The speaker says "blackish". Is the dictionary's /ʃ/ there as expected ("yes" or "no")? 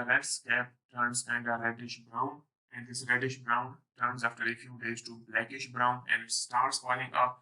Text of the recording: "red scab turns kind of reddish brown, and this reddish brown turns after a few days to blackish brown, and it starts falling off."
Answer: yes